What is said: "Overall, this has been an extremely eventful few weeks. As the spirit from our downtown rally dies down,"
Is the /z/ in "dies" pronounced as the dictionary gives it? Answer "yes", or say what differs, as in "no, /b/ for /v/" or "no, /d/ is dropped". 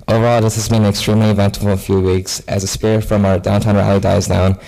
yes